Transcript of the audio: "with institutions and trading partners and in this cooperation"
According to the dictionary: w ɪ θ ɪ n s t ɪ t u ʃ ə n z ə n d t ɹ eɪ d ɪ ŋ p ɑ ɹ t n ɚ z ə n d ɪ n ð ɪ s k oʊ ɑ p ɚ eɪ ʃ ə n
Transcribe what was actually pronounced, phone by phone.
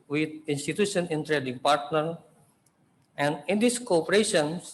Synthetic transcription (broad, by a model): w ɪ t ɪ n s t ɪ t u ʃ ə n ə n t ɹ eɪ d ɪ ŋ p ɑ ɹ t n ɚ ə n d ɪ n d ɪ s k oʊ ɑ p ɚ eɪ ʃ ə n